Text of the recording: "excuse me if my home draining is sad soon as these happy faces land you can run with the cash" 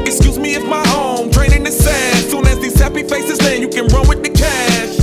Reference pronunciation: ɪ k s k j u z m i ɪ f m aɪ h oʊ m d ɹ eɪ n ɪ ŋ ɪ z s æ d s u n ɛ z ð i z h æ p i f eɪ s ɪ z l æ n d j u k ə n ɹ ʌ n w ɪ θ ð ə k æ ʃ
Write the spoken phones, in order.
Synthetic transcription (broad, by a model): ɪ k s k j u z m i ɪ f m aɪ h oʊ m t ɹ eɪ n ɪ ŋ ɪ s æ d s u n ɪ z ð i z h æ p i f eɪ s ɪ z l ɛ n j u k ə n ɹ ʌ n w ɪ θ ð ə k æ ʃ